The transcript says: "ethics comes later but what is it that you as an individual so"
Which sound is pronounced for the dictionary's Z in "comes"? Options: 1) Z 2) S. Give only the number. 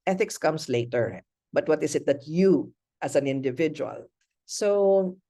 2